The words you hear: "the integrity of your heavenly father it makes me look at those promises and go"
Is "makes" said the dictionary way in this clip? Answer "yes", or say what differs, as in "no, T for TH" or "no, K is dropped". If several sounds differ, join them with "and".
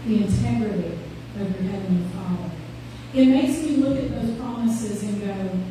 no, K is dropped